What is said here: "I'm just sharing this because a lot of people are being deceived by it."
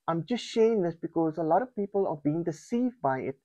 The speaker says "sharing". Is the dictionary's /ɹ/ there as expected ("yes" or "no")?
no